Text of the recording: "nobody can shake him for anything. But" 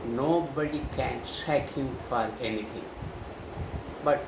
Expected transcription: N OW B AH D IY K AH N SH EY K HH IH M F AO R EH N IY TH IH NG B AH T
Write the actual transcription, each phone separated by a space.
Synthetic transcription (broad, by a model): N OW B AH D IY K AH N S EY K HH IH M F AO R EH N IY T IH NG B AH T